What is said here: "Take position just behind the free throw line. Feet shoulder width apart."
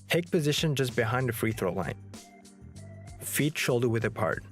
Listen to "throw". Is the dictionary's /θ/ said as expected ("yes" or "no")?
yes